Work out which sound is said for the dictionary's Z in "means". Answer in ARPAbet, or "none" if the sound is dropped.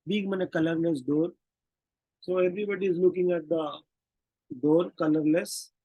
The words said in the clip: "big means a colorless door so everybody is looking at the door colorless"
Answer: none